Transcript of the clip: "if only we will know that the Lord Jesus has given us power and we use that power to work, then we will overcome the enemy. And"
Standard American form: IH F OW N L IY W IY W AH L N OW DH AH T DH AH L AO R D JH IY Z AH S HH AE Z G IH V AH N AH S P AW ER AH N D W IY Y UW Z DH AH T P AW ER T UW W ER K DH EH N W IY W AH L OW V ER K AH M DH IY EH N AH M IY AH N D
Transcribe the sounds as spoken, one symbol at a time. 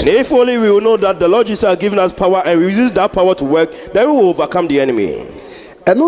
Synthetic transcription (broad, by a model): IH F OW L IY W IY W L N OW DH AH T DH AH L AO D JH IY S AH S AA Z G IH V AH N AH S P AW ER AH N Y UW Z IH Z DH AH T P AW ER T UW W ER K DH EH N W IY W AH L OW V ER K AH M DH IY EH N AH M IY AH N